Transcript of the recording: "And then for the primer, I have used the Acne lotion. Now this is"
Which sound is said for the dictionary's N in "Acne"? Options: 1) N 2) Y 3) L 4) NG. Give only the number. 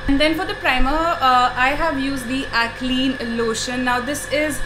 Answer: 3